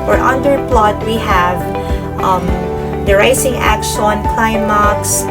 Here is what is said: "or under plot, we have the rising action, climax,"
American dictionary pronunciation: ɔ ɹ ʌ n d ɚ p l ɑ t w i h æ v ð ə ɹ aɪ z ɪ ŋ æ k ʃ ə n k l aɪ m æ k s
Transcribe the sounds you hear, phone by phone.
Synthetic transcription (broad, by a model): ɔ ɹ ʌ n d ɚ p l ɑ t w i h æ v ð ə ɹ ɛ s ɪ ŋ æ k ʃ ə n k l aɪ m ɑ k s